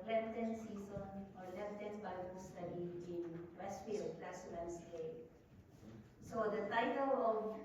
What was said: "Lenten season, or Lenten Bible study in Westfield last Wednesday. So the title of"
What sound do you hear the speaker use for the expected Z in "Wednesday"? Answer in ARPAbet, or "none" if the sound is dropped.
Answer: S